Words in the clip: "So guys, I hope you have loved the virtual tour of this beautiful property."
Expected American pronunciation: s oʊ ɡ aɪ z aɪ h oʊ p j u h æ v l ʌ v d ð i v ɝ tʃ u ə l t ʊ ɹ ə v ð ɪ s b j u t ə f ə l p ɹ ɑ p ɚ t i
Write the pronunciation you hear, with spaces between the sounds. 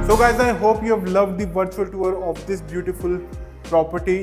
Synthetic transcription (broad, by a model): s oʊ ɡ aɪ z aɪ h oʊ p j u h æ v l ʌ v d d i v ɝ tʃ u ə l t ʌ ɹ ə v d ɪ s b j u t ə f ə l p ɹ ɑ p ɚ t i